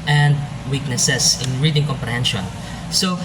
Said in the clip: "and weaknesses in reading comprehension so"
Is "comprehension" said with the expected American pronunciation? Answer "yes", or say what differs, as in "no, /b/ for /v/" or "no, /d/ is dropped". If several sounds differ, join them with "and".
yes